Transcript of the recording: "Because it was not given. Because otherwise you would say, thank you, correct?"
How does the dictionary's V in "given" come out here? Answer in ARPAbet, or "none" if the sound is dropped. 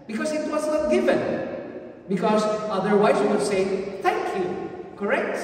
F